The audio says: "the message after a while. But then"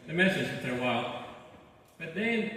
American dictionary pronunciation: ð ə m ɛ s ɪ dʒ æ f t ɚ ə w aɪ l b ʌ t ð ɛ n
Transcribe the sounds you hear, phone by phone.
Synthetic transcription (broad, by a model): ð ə m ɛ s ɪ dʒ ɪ t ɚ ə w aɪ l b ʌ t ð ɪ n